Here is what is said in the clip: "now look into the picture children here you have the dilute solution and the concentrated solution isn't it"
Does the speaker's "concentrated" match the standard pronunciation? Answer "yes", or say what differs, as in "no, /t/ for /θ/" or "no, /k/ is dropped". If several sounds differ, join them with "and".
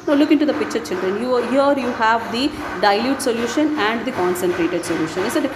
yes